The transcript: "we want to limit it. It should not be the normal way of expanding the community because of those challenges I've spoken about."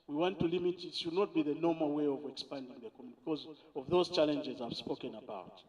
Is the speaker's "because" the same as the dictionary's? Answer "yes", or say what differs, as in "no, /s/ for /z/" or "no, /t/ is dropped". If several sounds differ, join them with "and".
yes